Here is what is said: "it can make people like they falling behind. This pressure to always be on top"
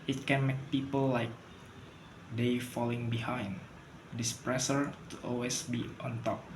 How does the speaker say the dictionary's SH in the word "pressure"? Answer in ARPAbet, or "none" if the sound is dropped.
S